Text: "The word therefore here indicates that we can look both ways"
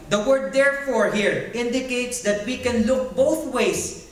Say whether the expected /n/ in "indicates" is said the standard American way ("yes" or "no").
yes